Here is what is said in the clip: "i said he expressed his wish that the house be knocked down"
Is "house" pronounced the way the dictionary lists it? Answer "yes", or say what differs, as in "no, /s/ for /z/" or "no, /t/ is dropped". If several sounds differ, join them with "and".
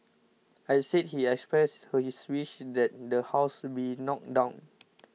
yes